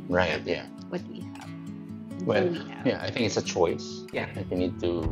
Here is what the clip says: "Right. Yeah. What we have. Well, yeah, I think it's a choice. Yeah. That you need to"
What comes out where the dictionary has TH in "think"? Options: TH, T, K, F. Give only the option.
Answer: TH